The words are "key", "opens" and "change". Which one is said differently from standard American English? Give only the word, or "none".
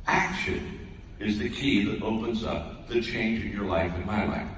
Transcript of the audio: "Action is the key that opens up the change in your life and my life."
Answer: none